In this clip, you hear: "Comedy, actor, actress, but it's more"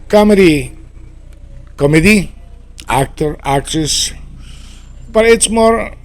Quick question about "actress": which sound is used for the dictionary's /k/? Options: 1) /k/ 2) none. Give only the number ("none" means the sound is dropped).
1